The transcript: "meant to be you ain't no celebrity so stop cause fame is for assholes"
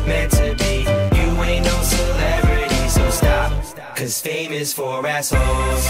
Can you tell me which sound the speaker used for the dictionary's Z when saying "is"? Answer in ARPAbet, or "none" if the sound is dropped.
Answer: S